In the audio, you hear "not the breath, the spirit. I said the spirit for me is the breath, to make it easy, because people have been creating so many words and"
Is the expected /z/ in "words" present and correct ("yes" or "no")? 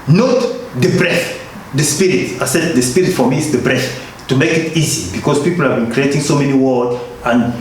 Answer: no